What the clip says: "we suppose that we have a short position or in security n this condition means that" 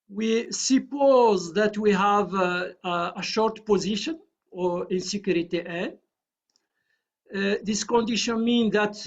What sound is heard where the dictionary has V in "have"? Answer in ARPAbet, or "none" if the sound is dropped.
V